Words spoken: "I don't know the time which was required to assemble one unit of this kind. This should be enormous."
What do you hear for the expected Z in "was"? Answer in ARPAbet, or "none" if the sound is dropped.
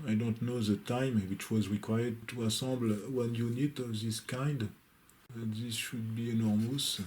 Z